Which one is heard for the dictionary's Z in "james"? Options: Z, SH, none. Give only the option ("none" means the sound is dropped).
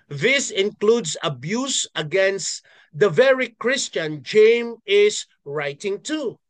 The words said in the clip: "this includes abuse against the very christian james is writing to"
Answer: none